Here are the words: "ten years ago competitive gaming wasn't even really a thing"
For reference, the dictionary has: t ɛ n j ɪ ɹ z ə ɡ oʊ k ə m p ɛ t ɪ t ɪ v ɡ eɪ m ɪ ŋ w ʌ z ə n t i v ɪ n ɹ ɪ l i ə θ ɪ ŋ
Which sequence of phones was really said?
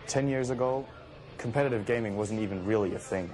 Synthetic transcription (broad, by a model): t ɛ n j ɪ ɹ z ə ɡ oʊ k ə m p ɛ t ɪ t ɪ v ɡ eɪ m ɪ ŋ w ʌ z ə n t i v ɪ n ɹ ɪ l i ə θ ɪ ŋ